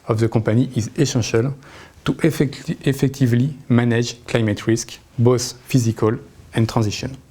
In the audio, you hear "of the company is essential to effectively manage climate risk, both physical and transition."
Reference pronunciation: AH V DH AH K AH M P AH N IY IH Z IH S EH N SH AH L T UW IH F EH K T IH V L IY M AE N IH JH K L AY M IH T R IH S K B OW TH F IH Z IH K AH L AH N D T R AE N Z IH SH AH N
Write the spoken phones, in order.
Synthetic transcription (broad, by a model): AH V DH AH K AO P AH N IY IH Z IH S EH SH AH L T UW IH F EH K T IH V L IY M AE N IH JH K L AY M IH T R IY S K B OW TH F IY Z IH K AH L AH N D T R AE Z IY SH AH N